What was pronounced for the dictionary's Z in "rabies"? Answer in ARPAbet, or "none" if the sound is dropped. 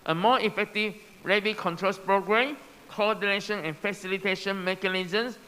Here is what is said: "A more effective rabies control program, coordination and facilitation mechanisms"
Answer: none